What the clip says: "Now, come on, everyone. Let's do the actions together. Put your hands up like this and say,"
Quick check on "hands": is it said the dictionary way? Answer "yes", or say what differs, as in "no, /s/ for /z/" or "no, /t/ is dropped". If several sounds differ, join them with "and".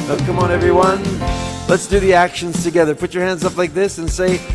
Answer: yes